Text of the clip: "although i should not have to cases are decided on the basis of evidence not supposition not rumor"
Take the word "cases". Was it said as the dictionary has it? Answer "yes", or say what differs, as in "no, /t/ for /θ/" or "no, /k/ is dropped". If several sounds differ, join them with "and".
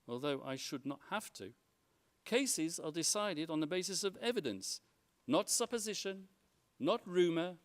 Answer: yes